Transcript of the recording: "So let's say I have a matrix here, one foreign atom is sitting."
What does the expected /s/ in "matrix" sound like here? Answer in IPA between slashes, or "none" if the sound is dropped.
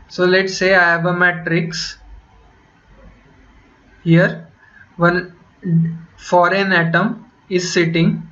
/s/